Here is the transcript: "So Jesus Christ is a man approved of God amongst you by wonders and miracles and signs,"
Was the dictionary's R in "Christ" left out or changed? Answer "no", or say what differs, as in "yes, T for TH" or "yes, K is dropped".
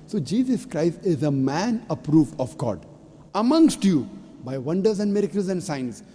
no